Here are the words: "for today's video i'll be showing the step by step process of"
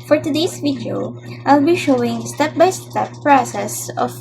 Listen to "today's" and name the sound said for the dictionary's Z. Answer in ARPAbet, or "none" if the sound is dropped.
S